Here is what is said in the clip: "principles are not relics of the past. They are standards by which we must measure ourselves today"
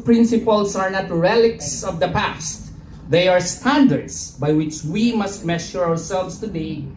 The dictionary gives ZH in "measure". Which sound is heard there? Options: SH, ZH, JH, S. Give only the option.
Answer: SH